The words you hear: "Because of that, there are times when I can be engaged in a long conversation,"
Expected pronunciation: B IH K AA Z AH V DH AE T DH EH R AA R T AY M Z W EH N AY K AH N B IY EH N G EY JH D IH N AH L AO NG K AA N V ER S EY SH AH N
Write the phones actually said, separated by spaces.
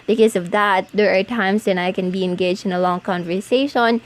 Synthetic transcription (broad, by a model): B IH K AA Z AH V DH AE T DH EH R AA R T AY M S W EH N AY K AH N B IY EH N G EY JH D IH N AH L AO NG K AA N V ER S EY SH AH N